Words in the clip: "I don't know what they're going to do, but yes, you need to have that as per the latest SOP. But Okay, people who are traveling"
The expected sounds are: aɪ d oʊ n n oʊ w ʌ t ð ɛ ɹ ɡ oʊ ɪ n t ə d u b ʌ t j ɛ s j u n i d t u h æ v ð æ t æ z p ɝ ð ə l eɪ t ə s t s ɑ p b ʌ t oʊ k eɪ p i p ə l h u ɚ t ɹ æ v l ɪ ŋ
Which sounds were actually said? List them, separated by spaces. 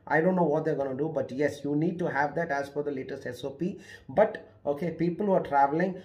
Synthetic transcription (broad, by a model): aɪ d oʊ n n oʊ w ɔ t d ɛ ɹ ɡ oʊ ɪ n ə d u b ʌ t j ɛ s j u n i d t u h æ v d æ t æ z f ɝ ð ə l eɪ t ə s t s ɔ p b ʌ t oʊ k eɪ p i p ə l h u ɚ t ɹ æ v l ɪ ŋ